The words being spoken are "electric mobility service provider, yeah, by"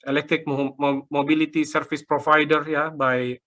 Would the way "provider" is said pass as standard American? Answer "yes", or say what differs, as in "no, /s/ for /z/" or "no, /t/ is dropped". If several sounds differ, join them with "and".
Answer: no, /f/ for /v/